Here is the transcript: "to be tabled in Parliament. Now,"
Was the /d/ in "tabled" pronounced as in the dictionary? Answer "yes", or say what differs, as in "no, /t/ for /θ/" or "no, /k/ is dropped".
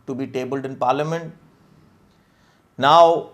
yes